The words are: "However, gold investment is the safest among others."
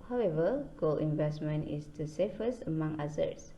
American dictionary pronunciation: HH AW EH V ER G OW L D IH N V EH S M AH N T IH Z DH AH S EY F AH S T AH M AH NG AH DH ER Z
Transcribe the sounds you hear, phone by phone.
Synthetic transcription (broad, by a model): HH AW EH V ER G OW L IH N V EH S M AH N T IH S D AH S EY F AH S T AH M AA NG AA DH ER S